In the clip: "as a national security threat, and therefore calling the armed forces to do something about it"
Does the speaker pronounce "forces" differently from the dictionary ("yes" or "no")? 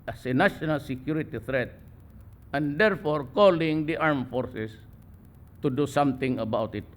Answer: yes